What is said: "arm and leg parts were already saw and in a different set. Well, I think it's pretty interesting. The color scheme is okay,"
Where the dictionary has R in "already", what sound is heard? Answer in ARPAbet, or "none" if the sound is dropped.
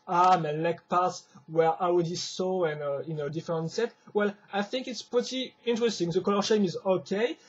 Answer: W